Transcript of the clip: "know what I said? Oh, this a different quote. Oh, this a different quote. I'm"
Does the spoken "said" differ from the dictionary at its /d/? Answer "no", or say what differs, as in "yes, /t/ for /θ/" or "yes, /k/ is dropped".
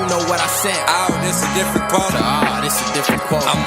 yes, /d/ is dropped